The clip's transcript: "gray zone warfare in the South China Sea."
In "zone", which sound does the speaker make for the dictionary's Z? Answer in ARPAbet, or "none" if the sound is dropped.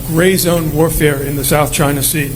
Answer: Z